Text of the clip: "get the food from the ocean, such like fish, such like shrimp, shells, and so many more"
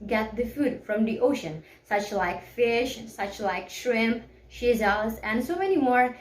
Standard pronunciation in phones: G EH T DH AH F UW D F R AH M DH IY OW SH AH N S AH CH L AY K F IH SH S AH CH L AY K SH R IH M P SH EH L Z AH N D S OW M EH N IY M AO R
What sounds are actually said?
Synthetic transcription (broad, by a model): G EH T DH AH F UW D F R AH M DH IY OW SH AH N S AH CH L AY K F IH SH S AH CH L AY K SH R IH M P SH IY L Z AH N D S OW M EH N IY M AO R